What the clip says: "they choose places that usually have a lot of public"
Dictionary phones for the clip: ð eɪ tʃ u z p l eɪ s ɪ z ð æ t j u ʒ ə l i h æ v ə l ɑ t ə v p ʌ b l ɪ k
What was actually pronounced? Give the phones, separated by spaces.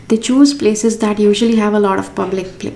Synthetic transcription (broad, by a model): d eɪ tʃ u z p l eɪ s ɪ z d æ t j u ʒ ə l i h æ v ə l ɑ t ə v p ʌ b l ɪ k